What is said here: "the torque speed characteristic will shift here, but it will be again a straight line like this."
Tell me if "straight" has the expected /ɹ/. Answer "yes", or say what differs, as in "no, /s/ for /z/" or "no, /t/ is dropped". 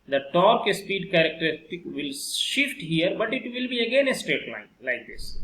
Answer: no, /ɹ/ is dropped